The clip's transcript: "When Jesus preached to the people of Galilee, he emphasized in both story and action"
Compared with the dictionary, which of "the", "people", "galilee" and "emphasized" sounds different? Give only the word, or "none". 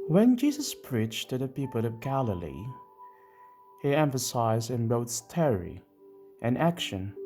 none